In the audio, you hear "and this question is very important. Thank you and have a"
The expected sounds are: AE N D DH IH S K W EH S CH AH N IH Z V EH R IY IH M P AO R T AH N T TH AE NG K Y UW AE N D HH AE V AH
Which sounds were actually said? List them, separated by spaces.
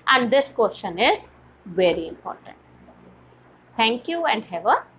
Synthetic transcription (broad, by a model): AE N D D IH S K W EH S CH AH N IH Z V EH R IY IH M P AO R T AH N T T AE NG K Y UW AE N D HH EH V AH